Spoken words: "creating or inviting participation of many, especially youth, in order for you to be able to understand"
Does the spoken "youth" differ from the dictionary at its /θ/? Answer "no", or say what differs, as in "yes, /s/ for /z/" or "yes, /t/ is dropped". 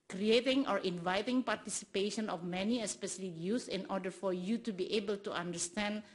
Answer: yes, /s/ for /θ/